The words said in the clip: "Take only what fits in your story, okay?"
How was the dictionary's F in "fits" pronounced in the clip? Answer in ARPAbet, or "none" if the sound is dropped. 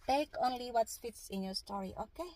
F